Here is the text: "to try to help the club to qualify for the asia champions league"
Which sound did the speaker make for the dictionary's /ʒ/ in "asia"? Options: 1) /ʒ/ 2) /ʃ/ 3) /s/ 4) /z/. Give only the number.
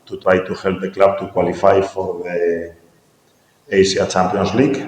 3